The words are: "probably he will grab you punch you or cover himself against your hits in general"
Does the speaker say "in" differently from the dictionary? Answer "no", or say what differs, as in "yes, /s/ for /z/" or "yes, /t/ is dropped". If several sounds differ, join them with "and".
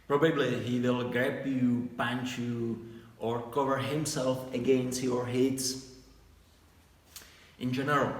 no